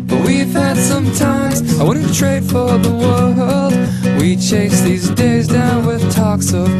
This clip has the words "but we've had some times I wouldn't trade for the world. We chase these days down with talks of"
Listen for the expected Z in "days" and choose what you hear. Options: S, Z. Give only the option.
Z